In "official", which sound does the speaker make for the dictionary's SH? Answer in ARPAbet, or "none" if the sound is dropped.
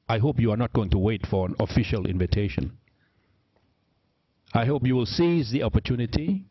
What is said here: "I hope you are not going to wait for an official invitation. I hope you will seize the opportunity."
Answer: SH